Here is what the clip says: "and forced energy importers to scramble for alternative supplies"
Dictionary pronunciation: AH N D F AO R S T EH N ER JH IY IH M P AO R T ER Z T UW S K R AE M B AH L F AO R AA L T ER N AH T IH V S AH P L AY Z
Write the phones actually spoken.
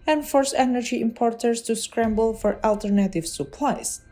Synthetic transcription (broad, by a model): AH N F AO R S EH N ER JH IY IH M P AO R T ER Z T UW S K R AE M B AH L F AO R AA L T ER N AH T IH V S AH P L AY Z